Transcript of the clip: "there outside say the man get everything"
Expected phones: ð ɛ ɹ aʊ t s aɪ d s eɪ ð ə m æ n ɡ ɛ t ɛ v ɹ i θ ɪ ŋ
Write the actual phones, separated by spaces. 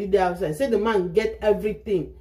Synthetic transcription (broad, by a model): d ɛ aʊ t s aɪ d s eɪ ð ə m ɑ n ɡ ɛ t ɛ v ɹ i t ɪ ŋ